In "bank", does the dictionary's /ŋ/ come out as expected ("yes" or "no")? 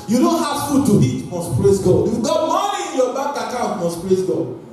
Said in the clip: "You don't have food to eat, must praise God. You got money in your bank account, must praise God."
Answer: no